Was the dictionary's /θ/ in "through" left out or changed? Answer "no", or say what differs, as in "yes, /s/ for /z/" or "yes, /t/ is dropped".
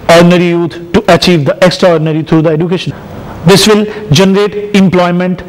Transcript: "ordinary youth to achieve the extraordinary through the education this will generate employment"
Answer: yes, /t/ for /θ/